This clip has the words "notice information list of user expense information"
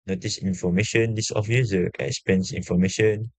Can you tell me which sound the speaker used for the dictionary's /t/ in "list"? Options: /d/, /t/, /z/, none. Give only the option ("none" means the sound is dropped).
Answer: none